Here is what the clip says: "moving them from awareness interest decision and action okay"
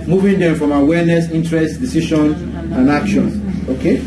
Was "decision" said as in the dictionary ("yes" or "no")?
no